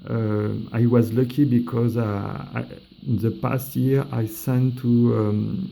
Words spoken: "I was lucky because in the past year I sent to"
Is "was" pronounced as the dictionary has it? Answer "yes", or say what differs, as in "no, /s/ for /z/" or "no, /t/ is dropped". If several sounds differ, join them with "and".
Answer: yes